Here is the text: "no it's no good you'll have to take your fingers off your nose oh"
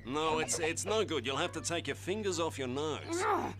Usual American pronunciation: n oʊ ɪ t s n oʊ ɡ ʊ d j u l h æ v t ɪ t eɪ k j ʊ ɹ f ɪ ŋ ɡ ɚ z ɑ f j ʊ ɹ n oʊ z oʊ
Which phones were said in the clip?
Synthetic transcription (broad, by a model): n oʊ ɪ t s n oʊ ɡ ʊ d j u l h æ f t ɪ t eɪ k j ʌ ɹ f ɪ ŋ ɡ ɚ z ɑ f j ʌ ɹ n oʊ z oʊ